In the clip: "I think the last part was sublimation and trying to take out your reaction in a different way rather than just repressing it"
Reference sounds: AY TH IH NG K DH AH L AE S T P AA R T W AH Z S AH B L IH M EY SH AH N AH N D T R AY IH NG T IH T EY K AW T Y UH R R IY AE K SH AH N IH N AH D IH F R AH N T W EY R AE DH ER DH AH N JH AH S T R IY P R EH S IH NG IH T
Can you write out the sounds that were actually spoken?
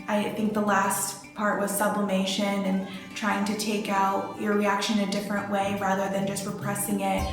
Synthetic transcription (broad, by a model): AY TH IH NG K DH AH L AE S T P AA R T W AH Z S AH B L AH M EY SH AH N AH N T R AY IH NG T IH T EY K AW T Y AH R R IY AE K SH AH N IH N AH D IH F R AH N T W EY R AE DH ER DH AH N JH AH S T R IY P R EH S IH NG IH T